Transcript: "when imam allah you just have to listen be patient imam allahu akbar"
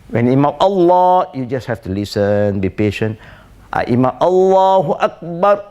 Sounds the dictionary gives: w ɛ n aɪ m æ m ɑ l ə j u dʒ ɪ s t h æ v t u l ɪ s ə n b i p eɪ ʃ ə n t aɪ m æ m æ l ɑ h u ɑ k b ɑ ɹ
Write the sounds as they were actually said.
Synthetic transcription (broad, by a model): w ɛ n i m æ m ɑ l ə j u dʒ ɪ s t h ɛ f t u l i s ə n b i p eɪ ʃ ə n t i m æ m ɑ l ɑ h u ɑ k b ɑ ɹ